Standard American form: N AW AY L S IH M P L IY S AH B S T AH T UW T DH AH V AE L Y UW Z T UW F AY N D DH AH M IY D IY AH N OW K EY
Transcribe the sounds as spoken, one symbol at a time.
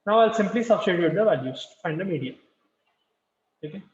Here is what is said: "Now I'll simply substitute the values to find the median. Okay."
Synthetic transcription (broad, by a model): N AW AY L S IH M P L IY S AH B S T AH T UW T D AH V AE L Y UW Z T UW F AY N D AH M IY D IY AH OW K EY